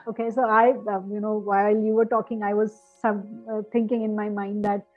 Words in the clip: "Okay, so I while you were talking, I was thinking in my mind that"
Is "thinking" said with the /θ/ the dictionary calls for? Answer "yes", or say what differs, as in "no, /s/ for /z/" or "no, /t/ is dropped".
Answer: no, /s/ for /θ/